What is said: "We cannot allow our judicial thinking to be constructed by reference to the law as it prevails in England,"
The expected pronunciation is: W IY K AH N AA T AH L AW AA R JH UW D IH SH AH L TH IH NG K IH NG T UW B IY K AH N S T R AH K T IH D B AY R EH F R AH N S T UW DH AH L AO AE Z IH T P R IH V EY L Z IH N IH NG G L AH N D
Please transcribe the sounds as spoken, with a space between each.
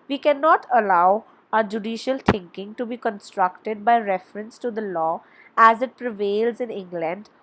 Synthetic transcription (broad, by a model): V IY K AH N AA T AH L AW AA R JH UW D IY SH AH L T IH NG K IH NG T UW B IY K AH N S T R AH K T IH D B AY R EH F R AH N S T UW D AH L AO AE Z IH T P R IH V EY L Z IH N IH NG G L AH N D